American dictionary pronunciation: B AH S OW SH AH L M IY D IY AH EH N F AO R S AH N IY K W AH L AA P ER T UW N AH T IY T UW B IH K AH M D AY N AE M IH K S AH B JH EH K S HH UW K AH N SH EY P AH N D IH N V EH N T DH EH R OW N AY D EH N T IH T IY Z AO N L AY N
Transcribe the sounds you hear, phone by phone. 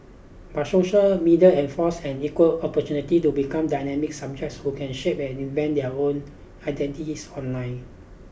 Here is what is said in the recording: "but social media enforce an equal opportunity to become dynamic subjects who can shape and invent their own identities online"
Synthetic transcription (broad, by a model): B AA S OW SH AH L M IY D IY AH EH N F AO S AH N IY K W AH L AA P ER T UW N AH T IY T UW B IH K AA M D AY N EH M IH K S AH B JH EH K S HH UW K AH N SH EY P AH N IH N V EH N T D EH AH OW N AY D EH N T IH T IY S AO N L AY N